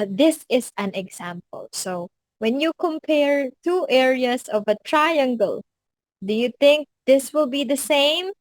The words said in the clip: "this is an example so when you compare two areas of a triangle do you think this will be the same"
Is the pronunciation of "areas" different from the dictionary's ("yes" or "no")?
yes